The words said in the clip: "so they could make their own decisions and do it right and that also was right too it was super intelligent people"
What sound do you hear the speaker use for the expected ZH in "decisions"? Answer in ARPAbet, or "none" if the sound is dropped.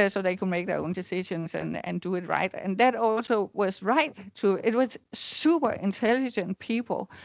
SH